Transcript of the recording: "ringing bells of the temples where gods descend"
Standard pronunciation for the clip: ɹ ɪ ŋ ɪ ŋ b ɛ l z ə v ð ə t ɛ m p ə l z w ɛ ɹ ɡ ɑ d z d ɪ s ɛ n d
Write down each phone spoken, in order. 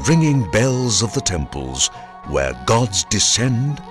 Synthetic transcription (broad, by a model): ɹ ɪ ŋ ɪ ŋ b ɛ l z ə v ð ə t ɛ m p ə l z w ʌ ɹ ɡ ɑ d z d ɪ s ɛ n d